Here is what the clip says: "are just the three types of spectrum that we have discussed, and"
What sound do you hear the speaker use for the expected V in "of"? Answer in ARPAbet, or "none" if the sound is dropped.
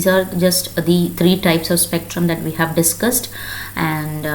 V